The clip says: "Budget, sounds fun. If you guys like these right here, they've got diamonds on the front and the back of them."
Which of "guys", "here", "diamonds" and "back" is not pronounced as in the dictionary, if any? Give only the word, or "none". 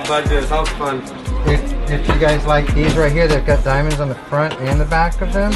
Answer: none